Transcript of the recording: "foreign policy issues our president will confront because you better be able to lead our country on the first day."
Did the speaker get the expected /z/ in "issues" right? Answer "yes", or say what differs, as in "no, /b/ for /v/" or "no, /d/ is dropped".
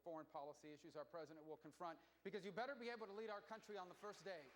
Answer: yes